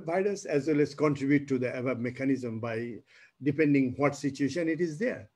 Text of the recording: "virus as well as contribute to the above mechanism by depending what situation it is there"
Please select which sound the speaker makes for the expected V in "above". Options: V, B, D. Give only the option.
B